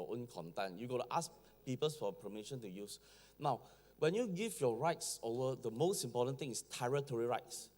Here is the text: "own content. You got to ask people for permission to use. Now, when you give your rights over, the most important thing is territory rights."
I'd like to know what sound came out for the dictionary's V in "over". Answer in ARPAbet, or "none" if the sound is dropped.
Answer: none